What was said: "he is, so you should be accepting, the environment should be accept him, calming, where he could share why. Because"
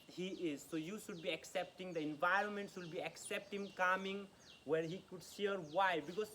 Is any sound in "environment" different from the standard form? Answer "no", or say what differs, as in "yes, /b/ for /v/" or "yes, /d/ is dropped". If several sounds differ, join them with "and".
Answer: no